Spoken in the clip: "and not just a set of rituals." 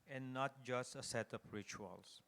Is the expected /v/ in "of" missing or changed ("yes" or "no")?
yes